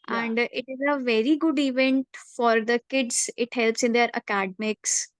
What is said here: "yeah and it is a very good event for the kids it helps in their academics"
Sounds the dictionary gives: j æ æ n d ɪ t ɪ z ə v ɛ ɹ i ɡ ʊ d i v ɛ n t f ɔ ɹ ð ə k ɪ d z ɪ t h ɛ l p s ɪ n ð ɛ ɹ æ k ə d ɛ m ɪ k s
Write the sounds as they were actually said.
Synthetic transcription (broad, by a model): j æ æ n d ɪ t ɪ z ə v ɛ ɹ i ɡ ʊ d i v ɛ n t f ɔ ɹ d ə k ɪ d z ɪ t h ɛ l p s ɪ n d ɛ ɹ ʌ k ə d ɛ m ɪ k s